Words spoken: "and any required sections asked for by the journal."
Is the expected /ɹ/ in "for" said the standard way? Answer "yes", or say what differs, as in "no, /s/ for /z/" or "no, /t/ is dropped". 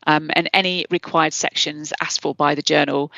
no, /l/ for /ɹ/